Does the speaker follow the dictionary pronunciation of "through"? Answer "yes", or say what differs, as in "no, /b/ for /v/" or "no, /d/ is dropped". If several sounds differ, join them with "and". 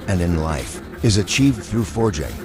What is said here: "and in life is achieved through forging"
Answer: yes